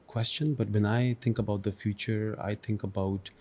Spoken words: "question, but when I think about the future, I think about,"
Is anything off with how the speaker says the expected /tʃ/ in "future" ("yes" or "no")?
no